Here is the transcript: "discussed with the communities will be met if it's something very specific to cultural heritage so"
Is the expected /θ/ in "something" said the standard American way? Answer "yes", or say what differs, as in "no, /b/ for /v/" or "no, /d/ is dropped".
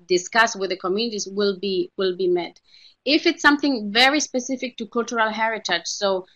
yes